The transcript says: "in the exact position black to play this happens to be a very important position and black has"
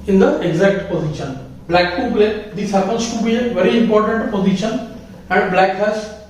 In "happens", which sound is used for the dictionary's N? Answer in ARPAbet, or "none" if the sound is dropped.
none